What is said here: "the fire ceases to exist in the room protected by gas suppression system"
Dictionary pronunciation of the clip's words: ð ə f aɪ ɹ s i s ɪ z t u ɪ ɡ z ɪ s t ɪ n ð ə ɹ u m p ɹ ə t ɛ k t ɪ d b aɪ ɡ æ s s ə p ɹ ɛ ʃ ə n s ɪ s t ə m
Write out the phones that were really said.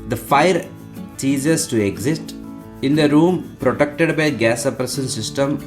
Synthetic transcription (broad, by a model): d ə f aɪ ɹ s i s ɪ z t u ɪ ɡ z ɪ s t ɪ n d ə ɹ u m p ɹ ə t ɛ k t ɪ d b aɪ ɡ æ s s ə p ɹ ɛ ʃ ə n s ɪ s t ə m